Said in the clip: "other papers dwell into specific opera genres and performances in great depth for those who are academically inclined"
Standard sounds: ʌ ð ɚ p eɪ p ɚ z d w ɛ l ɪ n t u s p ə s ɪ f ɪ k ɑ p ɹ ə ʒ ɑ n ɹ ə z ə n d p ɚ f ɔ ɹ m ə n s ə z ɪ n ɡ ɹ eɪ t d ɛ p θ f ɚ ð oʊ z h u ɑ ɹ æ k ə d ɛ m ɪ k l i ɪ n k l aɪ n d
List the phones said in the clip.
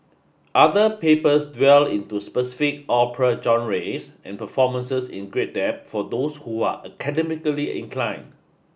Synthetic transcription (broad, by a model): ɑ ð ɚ p eɪ p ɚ s d w ɛ l ɪ n t u s p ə s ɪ f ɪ k ɑ p ɹ ə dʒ ɑ n ɹ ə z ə n p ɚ f ɔ m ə n s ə s ɪ n ɡ ɹ eɪ t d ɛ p f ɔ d oʊ s h u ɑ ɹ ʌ k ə d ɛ m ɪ k l i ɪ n k l aɪ n